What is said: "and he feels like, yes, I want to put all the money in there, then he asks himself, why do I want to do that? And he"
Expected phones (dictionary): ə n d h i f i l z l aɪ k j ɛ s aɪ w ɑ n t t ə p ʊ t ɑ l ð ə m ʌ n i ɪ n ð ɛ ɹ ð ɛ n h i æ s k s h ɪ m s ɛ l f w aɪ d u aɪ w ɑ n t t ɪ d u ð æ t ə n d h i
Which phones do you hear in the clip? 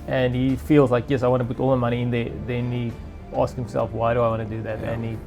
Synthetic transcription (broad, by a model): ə n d h i f i l z l aɪ k j ɛ s aɪ w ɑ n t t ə p ʊ t ɑ l ð ə m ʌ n i ɪ n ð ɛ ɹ ð ɛ n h i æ s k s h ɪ m s ɛ l f w aɪ d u aɪ w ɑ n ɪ d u ð æ t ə n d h i